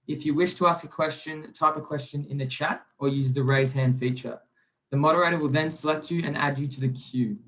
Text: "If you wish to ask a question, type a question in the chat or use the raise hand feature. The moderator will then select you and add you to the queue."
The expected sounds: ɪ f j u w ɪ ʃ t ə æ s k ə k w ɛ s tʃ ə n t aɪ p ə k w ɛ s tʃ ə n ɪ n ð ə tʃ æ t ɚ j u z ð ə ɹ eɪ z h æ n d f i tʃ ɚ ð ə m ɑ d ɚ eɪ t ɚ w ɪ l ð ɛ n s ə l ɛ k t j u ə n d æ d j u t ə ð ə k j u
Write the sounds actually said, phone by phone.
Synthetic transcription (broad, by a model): ɪ f j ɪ w ɪ ʃ t ə æ s k ə k w ɛ s tʃ ə n t aɪ p ə k w ɛ s tʃ ə n ɪ n ð ə tʃ æ t ɚ j u z ð ə ɹ eɪ z h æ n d f i tʃ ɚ ð ə m ɑ d ɚ eɪ t ɚ w ɪ l ð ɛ n s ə l ɛ k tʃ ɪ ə n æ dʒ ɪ t ə ð ə k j u